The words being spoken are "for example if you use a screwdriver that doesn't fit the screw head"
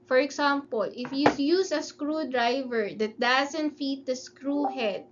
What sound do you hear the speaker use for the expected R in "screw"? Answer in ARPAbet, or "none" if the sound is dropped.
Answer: R